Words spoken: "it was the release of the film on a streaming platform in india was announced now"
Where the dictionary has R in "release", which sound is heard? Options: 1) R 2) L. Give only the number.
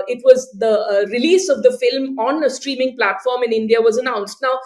1